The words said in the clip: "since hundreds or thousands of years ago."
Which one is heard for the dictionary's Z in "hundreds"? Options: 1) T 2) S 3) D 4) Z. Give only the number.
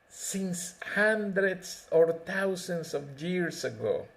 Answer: 2